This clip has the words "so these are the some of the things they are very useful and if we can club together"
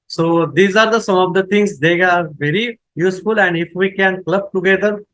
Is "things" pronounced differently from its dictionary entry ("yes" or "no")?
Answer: yes